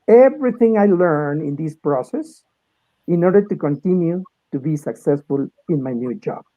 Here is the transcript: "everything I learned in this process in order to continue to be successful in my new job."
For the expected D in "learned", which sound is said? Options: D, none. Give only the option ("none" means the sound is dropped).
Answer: none